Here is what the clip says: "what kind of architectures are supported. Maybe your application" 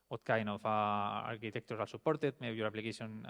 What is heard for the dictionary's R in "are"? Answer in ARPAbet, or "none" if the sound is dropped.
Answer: L